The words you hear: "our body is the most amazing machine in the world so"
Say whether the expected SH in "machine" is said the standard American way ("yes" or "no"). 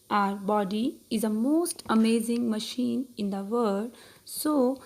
yes